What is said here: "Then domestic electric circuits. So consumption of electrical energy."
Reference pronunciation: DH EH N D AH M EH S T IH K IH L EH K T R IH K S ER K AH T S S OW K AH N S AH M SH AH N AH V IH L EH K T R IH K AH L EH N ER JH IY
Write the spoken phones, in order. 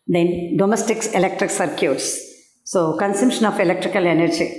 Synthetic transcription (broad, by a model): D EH N D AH M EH S T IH K IH L EH K T R IH K S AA K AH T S S OW K AH N S AH M SH AH N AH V IH L EH K T R IH K AH L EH N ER JH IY